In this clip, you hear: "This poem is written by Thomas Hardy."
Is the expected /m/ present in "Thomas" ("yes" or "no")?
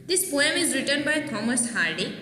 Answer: yes